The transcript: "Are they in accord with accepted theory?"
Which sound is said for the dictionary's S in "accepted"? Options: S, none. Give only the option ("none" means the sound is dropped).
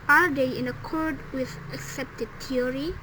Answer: S